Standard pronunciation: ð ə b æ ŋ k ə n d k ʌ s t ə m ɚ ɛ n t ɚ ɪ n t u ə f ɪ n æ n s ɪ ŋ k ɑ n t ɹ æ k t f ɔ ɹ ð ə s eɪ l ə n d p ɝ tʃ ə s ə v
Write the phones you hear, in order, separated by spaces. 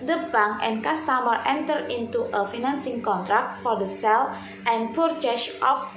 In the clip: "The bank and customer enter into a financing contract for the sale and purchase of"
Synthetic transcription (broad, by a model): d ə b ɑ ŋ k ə n k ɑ s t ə m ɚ ɛ n t ɚ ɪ n t u ə f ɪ n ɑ n s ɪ ŋ k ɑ n t ɹ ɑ k t f ɔ ɹ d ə s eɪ l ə n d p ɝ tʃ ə ʃ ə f